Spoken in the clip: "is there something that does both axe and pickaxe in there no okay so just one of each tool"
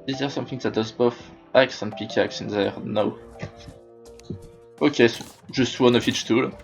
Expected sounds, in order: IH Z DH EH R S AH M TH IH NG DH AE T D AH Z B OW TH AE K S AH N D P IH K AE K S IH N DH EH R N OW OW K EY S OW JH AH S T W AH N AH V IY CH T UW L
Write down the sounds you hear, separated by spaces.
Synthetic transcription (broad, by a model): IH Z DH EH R S AH M TH IH NG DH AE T D AH Z B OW F AE K S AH N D P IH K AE K S IH N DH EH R N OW OW K EY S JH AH S T W AH N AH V IY CH T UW L